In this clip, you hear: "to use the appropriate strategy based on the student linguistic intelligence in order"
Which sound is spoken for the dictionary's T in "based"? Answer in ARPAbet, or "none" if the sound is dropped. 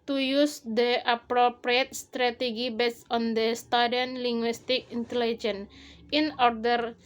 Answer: none